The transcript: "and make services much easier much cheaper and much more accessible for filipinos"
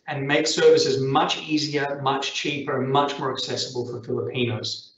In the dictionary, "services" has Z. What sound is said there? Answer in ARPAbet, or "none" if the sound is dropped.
Z